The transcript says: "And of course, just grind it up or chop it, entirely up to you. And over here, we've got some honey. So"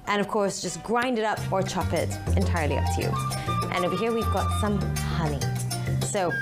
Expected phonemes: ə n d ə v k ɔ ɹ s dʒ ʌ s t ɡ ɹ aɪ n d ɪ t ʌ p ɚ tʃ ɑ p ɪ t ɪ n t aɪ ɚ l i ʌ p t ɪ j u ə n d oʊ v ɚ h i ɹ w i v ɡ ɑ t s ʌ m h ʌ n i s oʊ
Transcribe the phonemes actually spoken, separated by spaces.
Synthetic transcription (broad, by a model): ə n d ə v k ɔ ɹ s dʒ ʌ s ɡ ɹ aɪ n d ɪ t ʌ p ɚ tʃ ɑ p ɪ t ɪ n t aɪ ɚ l i ʌ p t ɪ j u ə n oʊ b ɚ h i ɹ w i v ɡ ɑ t s ʌ m h ʌ n i s oʊ